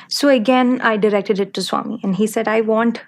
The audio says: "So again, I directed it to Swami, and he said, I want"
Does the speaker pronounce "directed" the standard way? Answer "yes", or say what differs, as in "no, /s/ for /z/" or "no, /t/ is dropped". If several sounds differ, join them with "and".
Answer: yes